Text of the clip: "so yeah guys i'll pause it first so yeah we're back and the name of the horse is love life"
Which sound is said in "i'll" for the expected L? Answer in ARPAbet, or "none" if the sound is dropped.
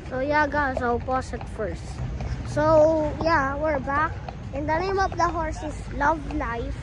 W